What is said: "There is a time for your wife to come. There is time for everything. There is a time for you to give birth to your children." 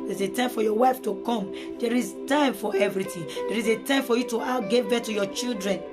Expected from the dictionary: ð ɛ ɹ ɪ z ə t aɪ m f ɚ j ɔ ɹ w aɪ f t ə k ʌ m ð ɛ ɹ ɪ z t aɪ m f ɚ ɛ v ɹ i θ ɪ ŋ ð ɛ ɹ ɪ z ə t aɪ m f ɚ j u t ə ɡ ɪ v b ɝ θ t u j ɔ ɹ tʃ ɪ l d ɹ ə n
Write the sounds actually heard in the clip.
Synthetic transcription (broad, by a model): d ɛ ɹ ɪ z ə t aɪ m f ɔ j ɔ w aɪ f t ə k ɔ m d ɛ ɹ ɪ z t aɪ m f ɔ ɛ v ɹ i t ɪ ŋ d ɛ ɹ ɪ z ə t aɪ m f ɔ j u t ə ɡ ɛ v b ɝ t u j ɔ tʃ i l d ɹ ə n